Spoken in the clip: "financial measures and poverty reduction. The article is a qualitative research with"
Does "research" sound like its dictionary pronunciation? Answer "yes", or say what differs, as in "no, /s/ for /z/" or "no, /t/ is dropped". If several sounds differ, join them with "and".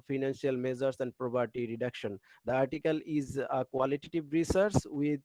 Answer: no, /s/ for /tʃ/